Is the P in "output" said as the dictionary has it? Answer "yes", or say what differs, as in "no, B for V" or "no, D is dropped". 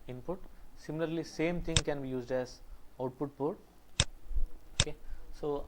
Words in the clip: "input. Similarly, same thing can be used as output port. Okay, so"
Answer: yes